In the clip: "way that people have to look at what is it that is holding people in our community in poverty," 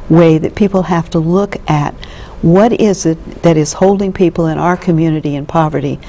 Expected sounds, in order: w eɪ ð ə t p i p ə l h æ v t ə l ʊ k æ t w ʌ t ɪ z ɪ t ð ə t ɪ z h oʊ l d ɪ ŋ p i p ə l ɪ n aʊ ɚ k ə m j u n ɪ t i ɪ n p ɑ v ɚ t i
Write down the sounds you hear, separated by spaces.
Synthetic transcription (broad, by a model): w eɪ ð ə t p i p l h æ f t ə l ʊ k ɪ t w ʌ t ɪ z ɪ t ð ə t ɪ z h oʊ l d ɪ ŋ p i p l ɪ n aʊ ɚ k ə m j u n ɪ t i ɪ n p ɑ v ɚ t i